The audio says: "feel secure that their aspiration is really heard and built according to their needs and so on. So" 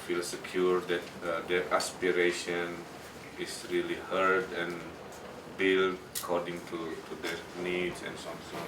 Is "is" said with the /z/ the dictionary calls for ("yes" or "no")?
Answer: no